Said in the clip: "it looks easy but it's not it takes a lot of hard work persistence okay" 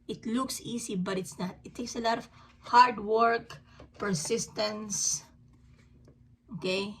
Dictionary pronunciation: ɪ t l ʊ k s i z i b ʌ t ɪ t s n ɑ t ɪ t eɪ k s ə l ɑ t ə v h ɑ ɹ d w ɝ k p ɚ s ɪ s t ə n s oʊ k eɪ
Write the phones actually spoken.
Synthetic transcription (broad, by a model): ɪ t l ʊ k s i s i b ʌ t ɪ t s n ɑ t ɪ t eɪ k s ə l ɑ t ə v h ɑ ɹ d w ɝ k p ɚ s ɪ s t ə n s oʊ k eɪ